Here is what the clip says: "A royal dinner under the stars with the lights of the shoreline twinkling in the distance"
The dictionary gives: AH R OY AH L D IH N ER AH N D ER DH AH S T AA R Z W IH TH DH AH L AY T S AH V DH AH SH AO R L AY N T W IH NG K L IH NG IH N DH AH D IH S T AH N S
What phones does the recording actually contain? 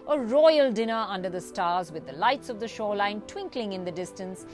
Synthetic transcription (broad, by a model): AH R OY AH L D IH N ER AH N D ER DH AH S T AA R Z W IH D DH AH L AY T S AH V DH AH SH AO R L AY N T W IH NG K L IH NG IH N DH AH D IH S T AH N S